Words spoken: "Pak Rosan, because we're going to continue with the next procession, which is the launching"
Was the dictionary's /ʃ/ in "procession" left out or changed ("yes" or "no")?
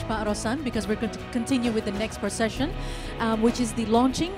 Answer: no